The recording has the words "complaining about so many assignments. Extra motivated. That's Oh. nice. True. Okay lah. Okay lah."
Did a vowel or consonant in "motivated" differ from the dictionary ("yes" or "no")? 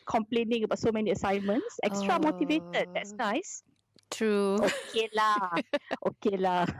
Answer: no